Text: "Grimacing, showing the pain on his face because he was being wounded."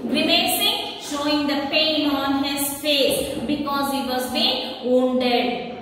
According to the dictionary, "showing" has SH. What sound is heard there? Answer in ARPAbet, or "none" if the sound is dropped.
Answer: SH